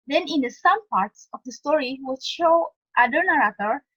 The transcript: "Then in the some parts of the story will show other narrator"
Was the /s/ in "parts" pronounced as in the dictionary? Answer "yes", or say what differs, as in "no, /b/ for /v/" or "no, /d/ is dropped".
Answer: yes